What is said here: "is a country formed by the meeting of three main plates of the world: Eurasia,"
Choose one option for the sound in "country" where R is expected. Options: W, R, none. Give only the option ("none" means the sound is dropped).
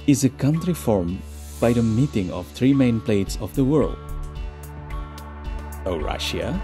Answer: R